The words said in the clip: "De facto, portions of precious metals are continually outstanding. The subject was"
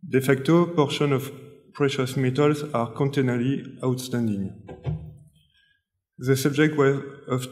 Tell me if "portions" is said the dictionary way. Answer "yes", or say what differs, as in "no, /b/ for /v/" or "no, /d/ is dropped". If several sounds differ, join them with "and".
no, /z/ is dropped